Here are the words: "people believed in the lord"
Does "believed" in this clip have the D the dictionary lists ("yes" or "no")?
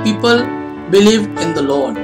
no